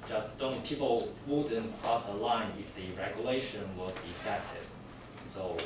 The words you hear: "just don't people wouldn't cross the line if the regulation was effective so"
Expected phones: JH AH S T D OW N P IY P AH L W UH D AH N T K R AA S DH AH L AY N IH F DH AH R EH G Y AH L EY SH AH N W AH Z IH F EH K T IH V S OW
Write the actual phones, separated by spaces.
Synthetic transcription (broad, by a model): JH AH S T D OW N P IY P L W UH D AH N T K R AA S DH AH L AY N IH F DH AH R EH G Y AH L EY SH AH N W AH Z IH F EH T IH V S OW